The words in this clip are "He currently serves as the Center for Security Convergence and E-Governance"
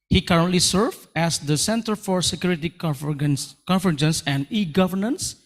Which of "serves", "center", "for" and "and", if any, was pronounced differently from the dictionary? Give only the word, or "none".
serves